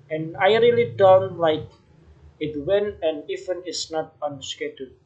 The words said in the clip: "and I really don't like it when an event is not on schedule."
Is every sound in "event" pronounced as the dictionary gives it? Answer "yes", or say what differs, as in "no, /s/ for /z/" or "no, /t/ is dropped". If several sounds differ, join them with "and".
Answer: no, /t/ is dropped